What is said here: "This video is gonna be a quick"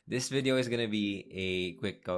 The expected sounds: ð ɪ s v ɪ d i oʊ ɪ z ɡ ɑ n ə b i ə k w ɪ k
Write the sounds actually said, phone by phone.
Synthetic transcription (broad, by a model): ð ɪ s v ɪ d i oʊ ɪ z ɡ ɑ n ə b i ə k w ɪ k